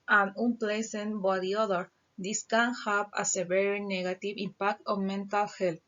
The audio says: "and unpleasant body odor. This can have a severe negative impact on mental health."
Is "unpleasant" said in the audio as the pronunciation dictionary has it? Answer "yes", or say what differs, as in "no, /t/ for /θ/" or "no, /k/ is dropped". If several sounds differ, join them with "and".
no, /s/ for /z/